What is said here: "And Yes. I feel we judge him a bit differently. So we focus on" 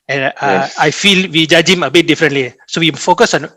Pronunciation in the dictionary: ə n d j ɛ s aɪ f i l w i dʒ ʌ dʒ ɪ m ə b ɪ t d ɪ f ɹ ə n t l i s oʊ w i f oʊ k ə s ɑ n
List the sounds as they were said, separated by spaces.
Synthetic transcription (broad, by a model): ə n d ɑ aɪ f i l w i dʒ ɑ dʒ ɪ m ə b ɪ t d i f ɹ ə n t l i s oʊ w i f oʊ k ə s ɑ n